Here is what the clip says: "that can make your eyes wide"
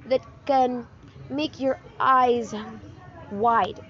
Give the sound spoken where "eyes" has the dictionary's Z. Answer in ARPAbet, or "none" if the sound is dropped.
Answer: Z